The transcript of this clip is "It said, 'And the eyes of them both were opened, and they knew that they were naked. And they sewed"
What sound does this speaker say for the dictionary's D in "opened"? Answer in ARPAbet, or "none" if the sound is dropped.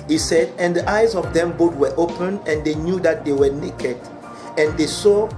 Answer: none